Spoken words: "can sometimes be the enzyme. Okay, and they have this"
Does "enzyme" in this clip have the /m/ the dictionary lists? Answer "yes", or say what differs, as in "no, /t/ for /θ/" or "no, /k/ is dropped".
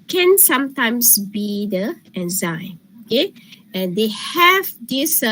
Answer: no, /m/ is dropped